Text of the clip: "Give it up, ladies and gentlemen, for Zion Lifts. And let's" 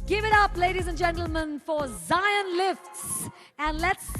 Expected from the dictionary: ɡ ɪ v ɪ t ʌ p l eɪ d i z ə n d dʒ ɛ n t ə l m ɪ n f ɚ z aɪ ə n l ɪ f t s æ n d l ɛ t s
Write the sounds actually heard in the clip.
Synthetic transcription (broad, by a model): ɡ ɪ v ɪ t ʌ p l eɪ d i z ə n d dʒ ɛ n t l m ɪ n f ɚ z aɪ ə n l ɪ f t s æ n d l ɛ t s